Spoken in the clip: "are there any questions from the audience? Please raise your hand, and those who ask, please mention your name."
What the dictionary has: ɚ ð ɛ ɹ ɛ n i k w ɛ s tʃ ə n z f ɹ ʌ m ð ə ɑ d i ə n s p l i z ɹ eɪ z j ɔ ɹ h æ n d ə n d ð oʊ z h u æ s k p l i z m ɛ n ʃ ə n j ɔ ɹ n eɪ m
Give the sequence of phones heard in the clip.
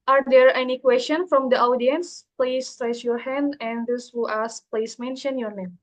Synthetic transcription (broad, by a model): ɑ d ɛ ɹ ɛ n i k w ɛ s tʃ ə n f ɹ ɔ m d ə ɑ d i ə n s p l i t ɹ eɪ s j ɔ ɹ h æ n d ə n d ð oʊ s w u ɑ s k p l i s m ɛ n ʃ ə n j ɔ ɹ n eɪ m